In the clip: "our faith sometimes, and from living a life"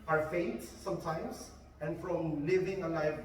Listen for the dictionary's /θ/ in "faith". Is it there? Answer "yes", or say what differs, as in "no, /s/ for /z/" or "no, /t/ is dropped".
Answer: no, /t/ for /θ/